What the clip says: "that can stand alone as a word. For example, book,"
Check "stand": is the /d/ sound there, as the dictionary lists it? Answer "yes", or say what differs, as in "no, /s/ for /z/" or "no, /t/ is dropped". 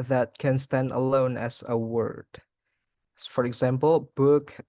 yes